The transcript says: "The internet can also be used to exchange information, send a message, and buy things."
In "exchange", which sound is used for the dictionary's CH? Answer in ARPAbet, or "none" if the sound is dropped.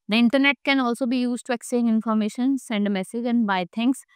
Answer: none